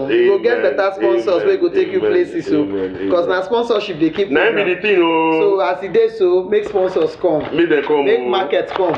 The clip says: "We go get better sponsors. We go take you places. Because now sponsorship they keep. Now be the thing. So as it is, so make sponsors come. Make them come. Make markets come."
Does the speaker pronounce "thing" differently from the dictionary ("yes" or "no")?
yes